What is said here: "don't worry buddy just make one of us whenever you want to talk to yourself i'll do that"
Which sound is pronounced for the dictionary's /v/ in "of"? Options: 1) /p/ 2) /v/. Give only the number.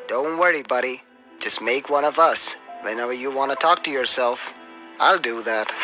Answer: 2